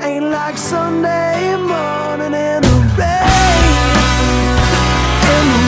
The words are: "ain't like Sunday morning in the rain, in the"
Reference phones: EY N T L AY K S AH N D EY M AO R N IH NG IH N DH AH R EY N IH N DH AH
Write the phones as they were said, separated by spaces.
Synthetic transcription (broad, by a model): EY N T L AY K S AH N D EY M AO R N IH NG IH N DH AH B EY IH N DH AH